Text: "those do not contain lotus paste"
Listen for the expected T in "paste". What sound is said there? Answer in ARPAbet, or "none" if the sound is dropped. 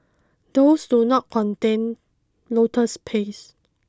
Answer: none